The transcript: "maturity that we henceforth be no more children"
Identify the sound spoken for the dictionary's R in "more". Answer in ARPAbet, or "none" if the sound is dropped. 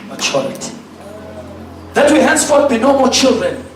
L